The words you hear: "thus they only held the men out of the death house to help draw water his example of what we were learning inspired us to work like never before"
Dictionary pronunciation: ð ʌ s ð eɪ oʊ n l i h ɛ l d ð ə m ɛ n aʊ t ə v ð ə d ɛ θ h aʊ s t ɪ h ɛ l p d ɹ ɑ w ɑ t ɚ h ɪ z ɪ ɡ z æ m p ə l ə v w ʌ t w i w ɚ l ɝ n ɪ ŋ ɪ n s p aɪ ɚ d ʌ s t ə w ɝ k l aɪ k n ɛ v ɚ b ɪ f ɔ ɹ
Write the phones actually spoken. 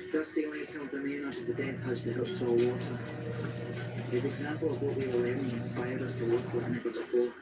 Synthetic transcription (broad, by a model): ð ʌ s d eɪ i l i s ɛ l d ð ə m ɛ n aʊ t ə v ð ə d ɛ θ h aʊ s t ɪ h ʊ p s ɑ w ɑ t ɚ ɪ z ɪ ɡ z æ m p ə l ə v w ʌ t w i w ɚ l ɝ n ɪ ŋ ɪ n s p aɪ ɚ d ʌ s t ə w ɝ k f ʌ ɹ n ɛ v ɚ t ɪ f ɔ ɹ